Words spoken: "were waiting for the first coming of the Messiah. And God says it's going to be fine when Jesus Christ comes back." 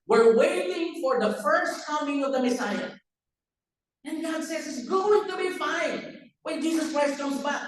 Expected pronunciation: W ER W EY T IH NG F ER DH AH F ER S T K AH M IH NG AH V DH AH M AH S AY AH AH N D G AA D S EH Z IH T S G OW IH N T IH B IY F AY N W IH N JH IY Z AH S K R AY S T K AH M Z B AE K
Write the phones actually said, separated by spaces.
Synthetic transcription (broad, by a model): W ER W EY T IH NG F ER DH AH F ER S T K AH M IH NG AH V DH AH M AH S AY AH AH N G AA D S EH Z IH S G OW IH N T IH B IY F AY N W IH N JH IY Z AH S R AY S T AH Z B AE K